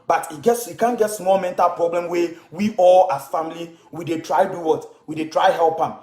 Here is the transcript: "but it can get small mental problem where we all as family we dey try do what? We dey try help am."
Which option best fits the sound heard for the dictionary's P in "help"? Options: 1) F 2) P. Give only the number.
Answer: 2